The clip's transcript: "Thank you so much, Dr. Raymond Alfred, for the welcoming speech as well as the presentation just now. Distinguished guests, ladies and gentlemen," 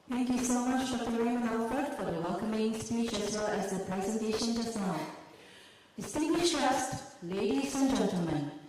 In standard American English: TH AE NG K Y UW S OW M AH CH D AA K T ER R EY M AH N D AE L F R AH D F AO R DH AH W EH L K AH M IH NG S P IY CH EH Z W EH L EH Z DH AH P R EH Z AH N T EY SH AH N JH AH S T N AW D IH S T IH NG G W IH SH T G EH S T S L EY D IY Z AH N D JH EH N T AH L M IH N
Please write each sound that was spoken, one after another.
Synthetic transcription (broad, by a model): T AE NG K Y UW S OW M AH CH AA T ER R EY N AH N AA F AH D F AO R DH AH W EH L K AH M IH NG S P IY CH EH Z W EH L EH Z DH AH P R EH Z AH N T EY SH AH N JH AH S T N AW D IH S T IH NG G W IH SH T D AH S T L EY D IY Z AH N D JH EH N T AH L M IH N